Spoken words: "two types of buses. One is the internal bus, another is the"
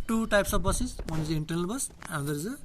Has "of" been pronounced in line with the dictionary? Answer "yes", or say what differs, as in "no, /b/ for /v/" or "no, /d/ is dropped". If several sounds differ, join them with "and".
no, /b/ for /v/